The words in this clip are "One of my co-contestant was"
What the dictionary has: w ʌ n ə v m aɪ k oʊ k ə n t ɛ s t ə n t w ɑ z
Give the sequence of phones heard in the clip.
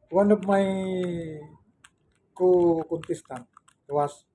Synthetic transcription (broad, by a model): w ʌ n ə p m aɪ k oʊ k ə n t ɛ s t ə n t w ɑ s